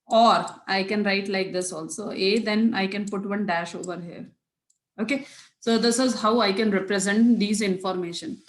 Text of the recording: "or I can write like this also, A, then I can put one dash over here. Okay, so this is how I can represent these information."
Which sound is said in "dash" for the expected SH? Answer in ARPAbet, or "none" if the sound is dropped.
SH